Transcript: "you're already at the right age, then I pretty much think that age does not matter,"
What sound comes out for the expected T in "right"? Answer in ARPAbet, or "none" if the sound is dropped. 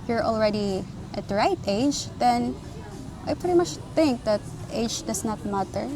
T